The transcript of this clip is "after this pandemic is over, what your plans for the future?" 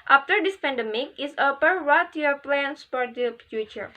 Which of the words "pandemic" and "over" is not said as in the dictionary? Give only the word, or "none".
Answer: over